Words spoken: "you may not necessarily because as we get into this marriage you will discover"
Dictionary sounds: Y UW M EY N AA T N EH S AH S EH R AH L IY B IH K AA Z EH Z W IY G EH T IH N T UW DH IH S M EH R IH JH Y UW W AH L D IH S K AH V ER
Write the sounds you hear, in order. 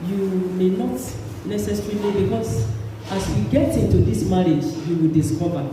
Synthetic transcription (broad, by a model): Y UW M EY N AA T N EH S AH S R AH N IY B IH K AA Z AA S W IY G EH T IH N T UW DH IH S M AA R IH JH Y UW W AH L D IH S K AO V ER